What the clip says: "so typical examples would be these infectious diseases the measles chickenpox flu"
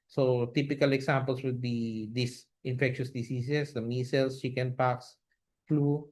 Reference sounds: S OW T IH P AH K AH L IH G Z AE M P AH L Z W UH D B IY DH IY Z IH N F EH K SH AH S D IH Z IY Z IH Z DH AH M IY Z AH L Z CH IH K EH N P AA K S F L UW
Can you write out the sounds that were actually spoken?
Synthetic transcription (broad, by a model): S OW T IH P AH K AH L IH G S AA M P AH L S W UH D B IY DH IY S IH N F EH K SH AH S D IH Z IY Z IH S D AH M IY S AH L S CH IH K EH N P AA K S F L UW